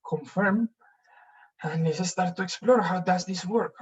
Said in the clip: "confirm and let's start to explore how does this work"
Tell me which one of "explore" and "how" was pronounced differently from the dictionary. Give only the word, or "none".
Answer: none